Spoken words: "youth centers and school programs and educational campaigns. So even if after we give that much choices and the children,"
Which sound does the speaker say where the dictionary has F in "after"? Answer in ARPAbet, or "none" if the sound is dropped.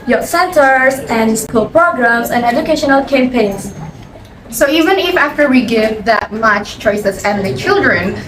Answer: F